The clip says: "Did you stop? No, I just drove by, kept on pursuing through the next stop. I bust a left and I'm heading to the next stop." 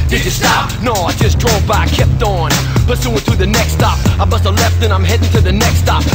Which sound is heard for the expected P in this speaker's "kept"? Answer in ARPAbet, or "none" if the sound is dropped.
P